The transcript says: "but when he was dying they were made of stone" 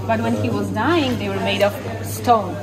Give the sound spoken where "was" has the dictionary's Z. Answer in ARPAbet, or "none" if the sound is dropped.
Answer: Z